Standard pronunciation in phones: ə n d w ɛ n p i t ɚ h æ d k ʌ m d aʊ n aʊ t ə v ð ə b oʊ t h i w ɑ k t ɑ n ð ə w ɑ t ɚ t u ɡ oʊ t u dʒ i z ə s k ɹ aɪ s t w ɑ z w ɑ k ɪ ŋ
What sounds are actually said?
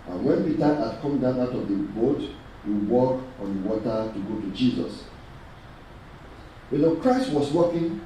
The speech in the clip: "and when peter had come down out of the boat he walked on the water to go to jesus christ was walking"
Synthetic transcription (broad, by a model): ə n w ɛ n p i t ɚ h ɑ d k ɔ m d aʊ n aʊ t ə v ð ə b oʊ t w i w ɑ k ɑ n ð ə w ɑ t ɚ t u ɡ oʊ t u dʒ i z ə s k ɹ aɪ s t w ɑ s w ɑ k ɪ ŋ